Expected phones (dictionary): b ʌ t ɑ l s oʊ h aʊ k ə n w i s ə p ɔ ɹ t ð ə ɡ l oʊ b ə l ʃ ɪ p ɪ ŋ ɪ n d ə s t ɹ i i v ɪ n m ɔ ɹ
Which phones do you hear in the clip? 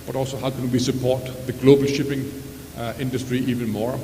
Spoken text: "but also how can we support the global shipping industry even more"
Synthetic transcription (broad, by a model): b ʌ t ɑ l s oʊ h aʊ k ə n w i s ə p ɔ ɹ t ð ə ɡ l oʊ b ə l ʃ ɪ p ɪ ŋ ɪ n d ə s t ɹ i i v ɪ n m ɔ ɹ